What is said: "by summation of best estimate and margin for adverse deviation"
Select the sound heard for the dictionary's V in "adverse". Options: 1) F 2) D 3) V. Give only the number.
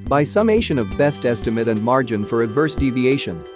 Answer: 3